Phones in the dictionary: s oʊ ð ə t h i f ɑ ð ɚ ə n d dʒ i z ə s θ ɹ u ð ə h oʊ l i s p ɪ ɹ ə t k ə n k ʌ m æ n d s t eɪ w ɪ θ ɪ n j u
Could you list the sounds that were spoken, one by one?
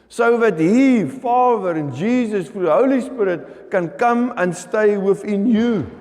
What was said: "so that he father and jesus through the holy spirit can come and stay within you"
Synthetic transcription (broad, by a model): s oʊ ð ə t h i f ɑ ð ɚ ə n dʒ i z ə s f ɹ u h oʊ l i s p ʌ ɹ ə t k ə n k ʌ m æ n s t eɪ w ɪ θ ɪ n j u